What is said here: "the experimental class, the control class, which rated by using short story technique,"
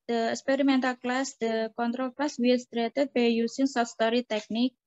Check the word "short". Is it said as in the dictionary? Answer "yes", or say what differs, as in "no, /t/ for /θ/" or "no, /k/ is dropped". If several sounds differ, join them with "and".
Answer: no, /s/ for /ʃ/